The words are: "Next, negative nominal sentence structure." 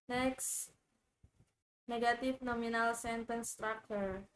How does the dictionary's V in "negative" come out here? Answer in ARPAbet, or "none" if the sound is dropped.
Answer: F